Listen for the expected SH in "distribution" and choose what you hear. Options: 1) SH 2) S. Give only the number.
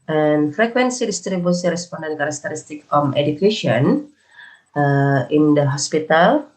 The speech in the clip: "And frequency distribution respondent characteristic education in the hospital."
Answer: 2